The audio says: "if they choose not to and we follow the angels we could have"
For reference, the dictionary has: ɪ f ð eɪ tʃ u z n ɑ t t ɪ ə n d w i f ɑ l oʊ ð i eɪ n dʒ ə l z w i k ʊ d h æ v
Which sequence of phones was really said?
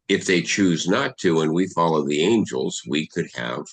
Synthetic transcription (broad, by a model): ɪ f ð eɪ tʃ u z n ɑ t t ɪ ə n w i f ɑ l oʊ ð i eɪ n dʒ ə l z w i k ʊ d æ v